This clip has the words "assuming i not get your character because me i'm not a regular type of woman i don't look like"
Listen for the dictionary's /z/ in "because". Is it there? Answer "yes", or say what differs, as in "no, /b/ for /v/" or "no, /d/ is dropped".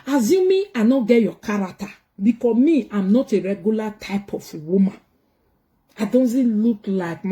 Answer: no, /z/ is dropped